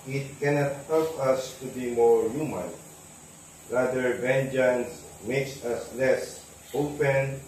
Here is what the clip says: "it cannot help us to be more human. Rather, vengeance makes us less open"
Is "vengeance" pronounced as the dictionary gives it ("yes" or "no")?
yes